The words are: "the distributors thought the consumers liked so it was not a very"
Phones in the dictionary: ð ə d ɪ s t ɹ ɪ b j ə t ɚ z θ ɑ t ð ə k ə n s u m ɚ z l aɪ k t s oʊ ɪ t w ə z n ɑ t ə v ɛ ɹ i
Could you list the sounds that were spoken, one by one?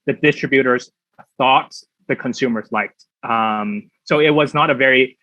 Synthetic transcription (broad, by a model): ð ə d ɪ s t ɹ ɪ b j ə t ɚ z θ ɑ t ð ə k ə n s u m ɚ z l aɪ k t s oʊ ɪ t w ə z n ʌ t ə v ɛ ɹ i